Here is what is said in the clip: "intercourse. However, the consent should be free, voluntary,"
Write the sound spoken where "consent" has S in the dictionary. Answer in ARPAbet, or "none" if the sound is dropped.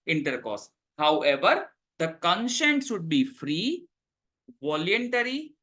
SH